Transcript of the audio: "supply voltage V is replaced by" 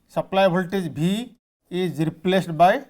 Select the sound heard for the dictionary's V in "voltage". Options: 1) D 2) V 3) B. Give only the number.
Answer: 3